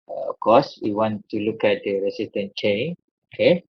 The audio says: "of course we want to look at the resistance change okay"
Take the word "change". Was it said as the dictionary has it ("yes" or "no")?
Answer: no